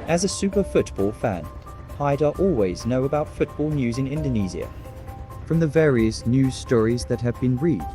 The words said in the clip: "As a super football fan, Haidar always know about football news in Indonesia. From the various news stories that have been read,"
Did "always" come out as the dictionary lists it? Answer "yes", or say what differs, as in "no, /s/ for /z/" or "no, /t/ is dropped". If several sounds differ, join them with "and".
yes